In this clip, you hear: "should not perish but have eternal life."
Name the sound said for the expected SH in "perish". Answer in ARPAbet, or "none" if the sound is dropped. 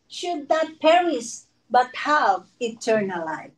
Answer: S